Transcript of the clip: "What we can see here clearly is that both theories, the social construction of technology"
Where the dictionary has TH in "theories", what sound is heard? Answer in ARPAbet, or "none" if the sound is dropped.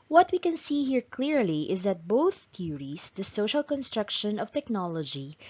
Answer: T